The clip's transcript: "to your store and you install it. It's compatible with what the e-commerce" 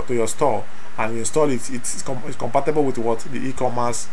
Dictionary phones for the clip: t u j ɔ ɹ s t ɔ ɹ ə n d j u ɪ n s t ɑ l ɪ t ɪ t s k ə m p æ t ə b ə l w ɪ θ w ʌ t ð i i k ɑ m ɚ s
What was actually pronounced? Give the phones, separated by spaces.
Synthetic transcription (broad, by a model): t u j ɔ s t ɔ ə n j u ɪ n s t ɑ l ɪ t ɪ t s k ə m p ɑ t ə b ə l w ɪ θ w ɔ t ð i i k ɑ m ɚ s